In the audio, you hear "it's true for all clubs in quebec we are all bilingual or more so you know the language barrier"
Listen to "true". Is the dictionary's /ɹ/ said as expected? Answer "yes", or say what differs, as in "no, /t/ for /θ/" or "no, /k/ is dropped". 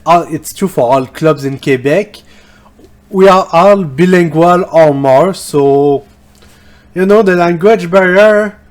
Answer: no, /ɹ/ is dropped